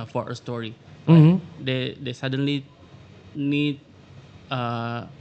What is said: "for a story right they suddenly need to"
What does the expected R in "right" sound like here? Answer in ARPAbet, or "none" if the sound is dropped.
L